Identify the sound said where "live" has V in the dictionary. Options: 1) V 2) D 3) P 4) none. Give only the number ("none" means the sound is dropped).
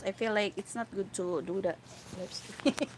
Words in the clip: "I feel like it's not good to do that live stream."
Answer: 3